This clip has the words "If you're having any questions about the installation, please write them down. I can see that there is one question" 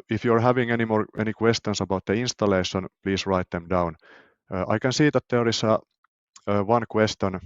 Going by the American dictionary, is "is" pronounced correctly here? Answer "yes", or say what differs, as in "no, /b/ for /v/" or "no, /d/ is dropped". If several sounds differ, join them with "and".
no, /s/ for /z/